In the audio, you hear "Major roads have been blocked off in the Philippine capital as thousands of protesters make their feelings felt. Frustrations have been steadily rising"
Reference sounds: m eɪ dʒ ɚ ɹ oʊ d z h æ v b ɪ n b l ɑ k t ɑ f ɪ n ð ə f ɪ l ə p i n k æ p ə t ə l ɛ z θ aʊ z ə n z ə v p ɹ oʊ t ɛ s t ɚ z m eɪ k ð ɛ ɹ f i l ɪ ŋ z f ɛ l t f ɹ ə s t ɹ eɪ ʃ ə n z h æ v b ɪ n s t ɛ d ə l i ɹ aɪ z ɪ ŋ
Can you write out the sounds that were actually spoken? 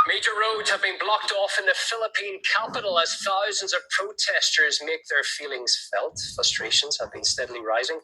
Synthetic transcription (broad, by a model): m eɪ dʒ ɚ ɹ oʊ d z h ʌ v b ɪ n b l ɑ k t ɑ f ɪ n ð ə f ɪ l ə p i n k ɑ p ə t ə l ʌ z θ aʊ z ə n z ə v p ɹ oʊ t ɛ s t ɚ z m eɪ k ð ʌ ɹ f i l ɪ ŋ z f ɛ l t f ɹ ə s t ɹ eɪ ʃ ə n z h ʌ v b ɪ n s t ɛ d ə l i ɹ aɪ z ɪ ŋ